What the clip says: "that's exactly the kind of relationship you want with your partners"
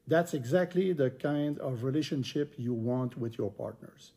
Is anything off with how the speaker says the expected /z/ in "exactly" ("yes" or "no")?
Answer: no